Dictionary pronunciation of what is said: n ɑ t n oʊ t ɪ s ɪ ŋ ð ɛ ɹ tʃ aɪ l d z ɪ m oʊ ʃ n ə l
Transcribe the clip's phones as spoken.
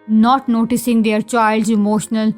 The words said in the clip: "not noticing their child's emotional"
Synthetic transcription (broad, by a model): n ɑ t n oʊ t ɪ s ɪ ŋ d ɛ ɹ tʃ aɪ l d z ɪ m oʊ ʃ n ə l